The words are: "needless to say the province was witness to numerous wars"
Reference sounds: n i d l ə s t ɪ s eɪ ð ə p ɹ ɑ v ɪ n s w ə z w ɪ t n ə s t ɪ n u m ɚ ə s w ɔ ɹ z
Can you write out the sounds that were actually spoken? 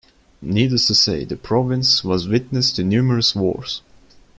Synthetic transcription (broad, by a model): n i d ə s t ɪ s eɪ ð ə p ɹ ɑ v ɪ n s w ə z w ɪ t n ə s t ɪ n u m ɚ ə s w ɔ ɹ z